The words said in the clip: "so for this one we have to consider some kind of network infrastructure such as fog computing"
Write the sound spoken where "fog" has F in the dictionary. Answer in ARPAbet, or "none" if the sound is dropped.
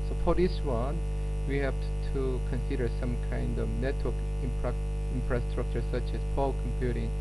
P